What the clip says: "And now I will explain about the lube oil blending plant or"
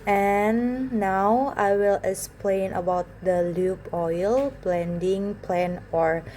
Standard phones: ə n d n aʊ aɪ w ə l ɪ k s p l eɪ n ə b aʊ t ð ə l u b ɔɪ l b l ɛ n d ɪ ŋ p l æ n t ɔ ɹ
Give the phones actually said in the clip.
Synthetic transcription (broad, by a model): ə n n aʊ aɪ w ə l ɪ k s p l eɪ n ə b aʊ t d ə l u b ɔɪ l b l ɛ n d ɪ ŋ p l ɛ n ɔ ɹ